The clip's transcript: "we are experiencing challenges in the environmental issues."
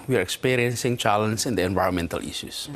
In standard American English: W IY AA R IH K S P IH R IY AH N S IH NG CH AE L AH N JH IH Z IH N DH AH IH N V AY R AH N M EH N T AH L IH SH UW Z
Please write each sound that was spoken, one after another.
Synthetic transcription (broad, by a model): W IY AA R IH K S P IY R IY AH N S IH NG CH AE L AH N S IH IH N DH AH IH N V AY R AH N M EH N T AH L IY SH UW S